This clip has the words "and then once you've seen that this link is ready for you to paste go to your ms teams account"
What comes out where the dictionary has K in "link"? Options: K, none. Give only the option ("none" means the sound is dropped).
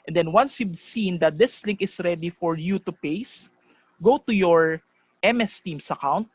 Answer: K